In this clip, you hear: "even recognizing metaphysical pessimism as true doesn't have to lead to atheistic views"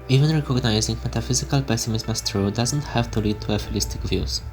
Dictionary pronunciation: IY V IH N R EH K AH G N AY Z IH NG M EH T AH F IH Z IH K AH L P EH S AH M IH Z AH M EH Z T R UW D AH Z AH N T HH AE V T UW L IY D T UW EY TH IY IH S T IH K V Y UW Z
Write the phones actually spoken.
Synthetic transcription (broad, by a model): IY V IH N R EH K AH G N AY Z IH NG M EH T AH F IH Z IH K AH L P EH S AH M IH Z M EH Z T R UW D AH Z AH N T HH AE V T UW L IY D T UW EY F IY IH S T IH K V Y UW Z